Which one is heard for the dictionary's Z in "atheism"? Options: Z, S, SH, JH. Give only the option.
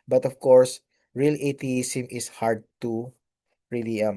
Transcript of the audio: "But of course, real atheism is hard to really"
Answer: S